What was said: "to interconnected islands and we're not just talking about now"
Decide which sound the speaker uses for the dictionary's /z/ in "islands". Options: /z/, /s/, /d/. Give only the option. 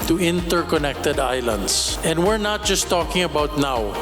/s/